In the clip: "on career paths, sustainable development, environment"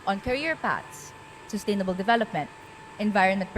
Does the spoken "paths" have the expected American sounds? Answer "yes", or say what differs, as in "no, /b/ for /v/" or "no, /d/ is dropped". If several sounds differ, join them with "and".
no, /t/ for /θ/